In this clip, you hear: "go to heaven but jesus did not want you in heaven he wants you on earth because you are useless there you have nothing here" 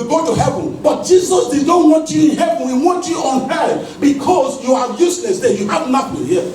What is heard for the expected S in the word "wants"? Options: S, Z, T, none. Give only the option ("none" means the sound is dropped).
none